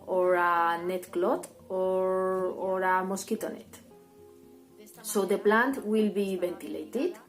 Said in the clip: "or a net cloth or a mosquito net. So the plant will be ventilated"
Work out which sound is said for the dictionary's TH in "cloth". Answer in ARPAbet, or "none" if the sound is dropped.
T